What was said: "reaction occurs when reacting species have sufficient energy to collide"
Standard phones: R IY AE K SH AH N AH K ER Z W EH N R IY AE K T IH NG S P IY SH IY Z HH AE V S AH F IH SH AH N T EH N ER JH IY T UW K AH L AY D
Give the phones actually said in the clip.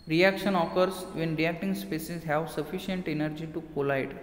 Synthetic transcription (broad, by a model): R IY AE K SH AH N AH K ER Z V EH N R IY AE K T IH NG S P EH S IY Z HH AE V S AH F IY SH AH N T EH N ER JH IY T UW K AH L AY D